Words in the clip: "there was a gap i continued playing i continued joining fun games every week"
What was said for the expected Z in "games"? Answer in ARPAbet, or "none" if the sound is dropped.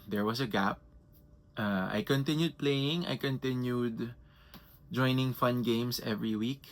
S